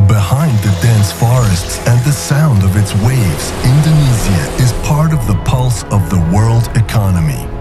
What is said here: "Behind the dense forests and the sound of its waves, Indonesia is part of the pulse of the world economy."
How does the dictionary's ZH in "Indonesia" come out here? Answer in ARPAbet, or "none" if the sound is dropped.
Z